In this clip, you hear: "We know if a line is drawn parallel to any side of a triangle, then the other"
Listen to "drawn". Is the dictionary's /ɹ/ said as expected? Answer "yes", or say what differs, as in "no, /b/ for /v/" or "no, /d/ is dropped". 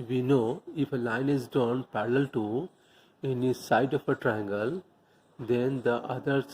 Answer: no, /ɹ/ is dropped